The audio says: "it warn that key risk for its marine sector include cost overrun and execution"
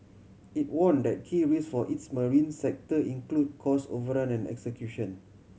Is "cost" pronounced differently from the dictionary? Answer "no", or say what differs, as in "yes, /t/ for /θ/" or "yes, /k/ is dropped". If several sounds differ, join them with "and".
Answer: yes, /t/ is dropped